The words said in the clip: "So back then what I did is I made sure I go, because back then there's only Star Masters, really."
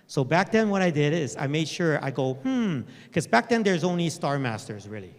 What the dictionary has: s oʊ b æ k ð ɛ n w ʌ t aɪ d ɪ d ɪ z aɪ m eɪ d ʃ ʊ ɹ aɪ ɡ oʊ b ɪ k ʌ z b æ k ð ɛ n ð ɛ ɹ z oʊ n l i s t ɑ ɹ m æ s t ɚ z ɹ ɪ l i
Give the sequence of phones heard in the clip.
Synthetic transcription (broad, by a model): s oʊ b æ k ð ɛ n w ʌ t aɪ d ɪ d ɪ z aɪ m eɪ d ʃ ʊ ɹ aɪ ɡ oʊ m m k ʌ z b æ k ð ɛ n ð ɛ ɹ z oʊ n l i s t ɑ ɹ m æ s t ɚ z ɹ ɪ l i